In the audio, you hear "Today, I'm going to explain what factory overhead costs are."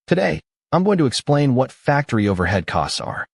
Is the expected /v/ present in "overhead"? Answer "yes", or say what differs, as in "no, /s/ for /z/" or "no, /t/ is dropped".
yes